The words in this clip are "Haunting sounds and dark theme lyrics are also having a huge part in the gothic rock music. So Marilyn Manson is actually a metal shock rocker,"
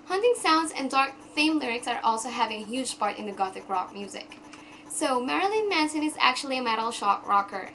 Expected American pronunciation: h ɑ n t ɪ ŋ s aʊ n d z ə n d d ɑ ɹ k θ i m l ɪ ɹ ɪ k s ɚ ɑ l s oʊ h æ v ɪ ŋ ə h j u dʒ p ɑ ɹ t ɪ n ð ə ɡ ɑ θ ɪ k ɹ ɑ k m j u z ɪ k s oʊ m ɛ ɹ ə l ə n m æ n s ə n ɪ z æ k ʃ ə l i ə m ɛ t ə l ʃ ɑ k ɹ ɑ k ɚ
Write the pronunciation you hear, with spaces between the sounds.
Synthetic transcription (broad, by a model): h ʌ n t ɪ ŋ s aʊ n d z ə n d d ɑ ɹ k f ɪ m l ɪ ɹ ɪ k s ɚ ɑ l s oʊ h æ v ɪ ŋ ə h j u dʒ p ɑ ɹ t ɪ n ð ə ɡ ɑ θ ɪ k ɹ ɑ k m j u z ɪ k s oʊ m ɛ ɹ ə l ə n m æ n s ə n ɪ z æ k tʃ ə l i ə m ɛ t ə l ʃ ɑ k ɹ ɑ k ɚ